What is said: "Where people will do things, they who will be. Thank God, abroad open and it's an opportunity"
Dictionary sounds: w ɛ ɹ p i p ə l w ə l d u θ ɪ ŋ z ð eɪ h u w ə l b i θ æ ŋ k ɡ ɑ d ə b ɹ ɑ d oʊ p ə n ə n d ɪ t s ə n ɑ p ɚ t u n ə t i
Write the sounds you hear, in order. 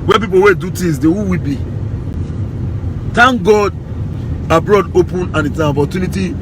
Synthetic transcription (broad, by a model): w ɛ p i p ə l w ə d u t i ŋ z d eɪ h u w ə b i t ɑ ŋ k ɡ ɑ d ə b ɹ ɑ d oʊ p ə n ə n ɪ t s ə n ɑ p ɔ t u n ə t i